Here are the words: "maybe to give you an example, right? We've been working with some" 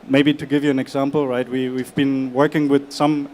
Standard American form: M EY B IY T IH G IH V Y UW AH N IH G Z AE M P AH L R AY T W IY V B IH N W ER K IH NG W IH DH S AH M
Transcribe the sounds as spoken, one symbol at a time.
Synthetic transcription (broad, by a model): M EY B IY T IH G IH V Y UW AH N IH G Z AE M P AH L R AY T W IY V B IH N W ER K IH NG W IH DH S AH M